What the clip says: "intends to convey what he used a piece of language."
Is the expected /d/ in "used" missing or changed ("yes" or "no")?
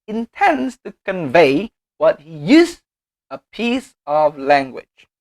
yes